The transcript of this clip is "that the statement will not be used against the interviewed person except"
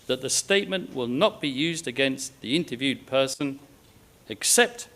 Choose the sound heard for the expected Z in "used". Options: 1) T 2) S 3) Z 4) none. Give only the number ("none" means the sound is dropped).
3